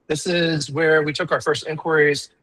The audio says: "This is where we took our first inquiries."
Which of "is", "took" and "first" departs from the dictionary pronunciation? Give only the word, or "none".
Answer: none